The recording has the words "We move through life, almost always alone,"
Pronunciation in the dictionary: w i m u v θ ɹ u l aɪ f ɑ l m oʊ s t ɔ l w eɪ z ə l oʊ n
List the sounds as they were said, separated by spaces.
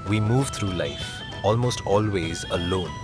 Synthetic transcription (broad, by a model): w i m u v t ɹ u l aɪ f ɑ l m oʊ s t ɔ l w eɪ z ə l oʊ n